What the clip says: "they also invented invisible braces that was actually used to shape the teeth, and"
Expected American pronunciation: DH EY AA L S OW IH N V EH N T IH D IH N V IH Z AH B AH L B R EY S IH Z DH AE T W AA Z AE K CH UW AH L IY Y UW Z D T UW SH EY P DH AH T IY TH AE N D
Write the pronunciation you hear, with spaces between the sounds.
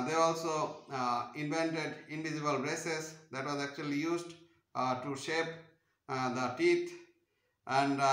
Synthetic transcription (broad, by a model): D EY AA L S OW IH N V EH N T IH D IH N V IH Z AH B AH L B R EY S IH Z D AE T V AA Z AE K CH UW AH L IY Y UW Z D T UW SH EY P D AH T IY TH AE N D